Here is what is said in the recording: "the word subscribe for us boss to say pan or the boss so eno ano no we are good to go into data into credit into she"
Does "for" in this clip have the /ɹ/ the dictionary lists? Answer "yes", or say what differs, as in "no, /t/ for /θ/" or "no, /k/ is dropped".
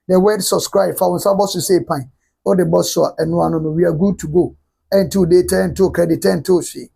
no, /w/ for /ɹ/